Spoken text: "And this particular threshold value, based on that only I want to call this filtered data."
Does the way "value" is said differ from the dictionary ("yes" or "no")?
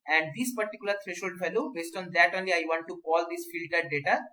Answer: yes